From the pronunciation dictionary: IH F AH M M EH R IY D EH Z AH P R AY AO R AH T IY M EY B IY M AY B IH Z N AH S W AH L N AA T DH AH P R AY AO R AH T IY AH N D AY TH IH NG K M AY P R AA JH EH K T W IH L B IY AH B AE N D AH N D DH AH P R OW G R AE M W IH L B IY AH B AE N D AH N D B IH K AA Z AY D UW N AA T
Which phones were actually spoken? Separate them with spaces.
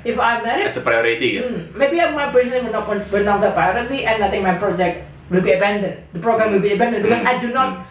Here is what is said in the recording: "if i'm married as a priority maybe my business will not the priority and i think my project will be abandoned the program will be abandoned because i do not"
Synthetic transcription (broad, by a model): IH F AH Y M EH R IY EH S AH P R AY AO R AH T IY M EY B IY M AY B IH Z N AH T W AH W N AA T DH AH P R AY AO R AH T IY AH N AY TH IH NG M AY P R AA JH EH K T W IH L B IY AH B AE N D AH N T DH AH P R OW G R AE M W IH L B IY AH B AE N D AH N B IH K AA S AY D UW N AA T